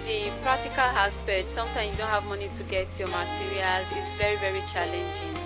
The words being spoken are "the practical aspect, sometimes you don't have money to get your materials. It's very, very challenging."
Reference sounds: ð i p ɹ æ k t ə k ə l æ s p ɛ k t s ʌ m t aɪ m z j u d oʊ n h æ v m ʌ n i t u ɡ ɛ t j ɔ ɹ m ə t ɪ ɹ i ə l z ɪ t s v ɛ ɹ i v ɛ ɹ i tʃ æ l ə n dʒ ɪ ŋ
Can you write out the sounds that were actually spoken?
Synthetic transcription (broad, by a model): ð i p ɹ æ k t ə k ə l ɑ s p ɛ t s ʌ m t aɪ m j u d oʊ n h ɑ v m ʌ n i t u ɡ ɛ t j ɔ m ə t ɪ ɹ i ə l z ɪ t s v ɛ ɹ i v ɛ ɹ i tʃ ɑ l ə n dʒ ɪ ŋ